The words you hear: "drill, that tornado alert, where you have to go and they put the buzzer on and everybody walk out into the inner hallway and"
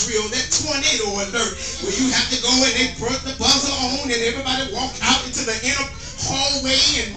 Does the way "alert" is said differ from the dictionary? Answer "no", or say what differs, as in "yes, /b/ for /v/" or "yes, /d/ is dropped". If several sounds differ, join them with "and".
yes, /n/ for /l/